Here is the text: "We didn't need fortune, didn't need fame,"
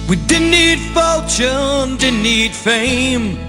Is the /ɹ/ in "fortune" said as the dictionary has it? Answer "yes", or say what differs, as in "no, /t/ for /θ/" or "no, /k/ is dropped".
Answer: no, /l/ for /ɹ/